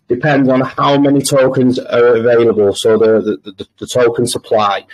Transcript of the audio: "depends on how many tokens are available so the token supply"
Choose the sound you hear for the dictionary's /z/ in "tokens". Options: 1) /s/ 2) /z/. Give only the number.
2